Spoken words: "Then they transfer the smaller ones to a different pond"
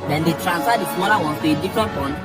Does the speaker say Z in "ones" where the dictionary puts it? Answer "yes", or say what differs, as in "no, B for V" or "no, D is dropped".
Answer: no, Z is dropped